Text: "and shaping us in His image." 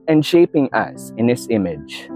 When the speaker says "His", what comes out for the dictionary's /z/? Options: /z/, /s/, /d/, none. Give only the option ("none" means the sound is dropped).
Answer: /s/